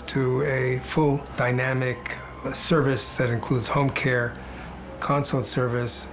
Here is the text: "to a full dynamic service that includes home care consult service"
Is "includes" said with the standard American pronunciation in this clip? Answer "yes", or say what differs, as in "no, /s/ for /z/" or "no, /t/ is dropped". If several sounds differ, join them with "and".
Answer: yes